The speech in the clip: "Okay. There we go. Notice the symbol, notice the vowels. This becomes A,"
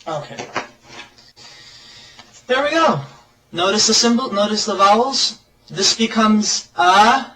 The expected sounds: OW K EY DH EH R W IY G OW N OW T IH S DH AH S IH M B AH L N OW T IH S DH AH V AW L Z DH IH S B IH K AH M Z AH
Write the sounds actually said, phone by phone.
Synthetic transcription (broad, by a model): OW K EY DH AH R W IY G OW N OW T IH S DH AH S IH M B L N OW T IH S DH AH V AW L Z DH IH S B IH K AH M Z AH